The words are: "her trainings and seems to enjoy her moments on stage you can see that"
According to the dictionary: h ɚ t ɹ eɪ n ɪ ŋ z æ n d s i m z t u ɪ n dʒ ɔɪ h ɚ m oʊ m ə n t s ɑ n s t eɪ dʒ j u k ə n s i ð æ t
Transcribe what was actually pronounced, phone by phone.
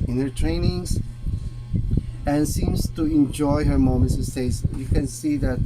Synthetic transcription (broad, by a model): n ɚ t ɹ eɪ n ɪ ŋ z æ n s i m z t u ɪ n dʒ ɔɪ h ɚ m oʊ m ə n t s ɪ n s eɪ z j u k ə n s i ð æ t